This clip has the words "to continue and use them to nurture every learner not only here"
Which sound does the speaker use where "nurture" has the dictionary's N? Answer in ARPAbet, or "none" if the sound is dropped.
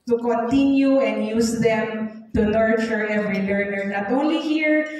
L